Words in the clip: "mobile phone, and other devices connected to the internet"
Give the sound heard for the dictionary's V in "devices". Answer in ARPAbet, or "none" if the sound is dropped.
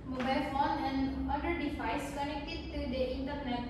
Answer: F